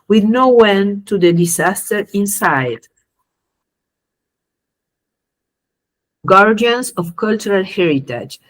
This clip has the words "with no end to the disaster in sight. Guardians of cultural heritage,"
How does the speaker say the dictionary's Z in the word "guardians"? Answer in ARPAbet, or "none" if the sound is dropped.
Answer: S